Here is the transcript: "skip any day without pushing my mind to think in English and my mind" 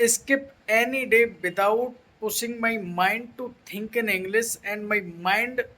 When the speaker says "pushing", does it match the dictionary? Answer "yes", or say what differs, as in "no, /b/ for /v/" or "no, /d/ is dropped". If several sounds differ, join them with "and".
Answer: no, /s/ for /ʃ/